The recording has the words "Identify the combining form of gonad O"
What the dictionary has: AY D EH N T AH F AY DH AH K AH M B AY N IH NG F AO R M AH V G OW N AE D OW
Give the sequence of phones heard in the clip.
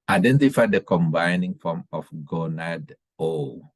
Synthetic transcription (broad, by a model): AY D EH N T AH F AY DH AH K AH M B AY N IH NG F AO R M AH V G OW N AE D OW